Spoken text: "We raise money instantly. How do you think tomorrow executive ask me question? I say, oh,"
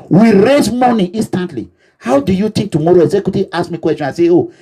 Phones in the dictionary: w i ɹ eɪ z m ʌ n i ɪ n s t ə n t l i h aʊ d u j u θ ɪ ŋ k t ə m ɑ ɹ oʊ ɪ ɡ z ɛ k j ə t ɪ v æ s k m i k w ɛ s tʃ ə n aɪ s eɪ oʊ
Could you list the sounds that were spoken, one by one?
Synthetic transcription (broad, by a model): w i ɹ eɪ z m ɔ n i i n s t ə n t l i h aʊ d u j u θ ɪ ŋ k t ə m ɑ ɹ oʊ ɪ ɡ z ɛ k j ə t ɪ ɑ s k m i k w ɛ s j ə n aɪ s eɪ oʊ